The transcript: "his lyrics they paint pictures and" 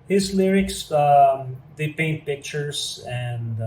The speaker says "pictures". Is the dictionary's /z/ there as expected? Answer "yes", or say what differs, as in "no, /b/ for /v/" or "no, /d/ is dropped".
no, /s/ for /z/